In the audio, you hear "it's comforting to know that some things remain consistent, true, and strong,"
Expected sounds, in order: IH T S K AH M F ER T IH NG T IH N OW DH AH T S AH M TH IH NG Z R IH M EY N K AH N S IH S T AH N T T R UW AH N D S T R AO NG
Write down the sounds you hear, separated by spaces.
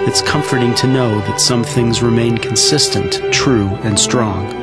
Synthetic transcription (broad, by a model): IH T S K AH M F ER T IH NG T IH N OW DH AH T S AH M TH IH NG Z R IH M EY N K N S IH S T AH N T T R UW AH N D S T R AO NG